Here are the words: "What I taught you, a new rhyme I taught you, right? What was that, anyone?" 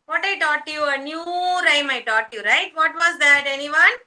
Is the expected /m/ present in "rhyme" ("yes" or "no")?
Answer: yes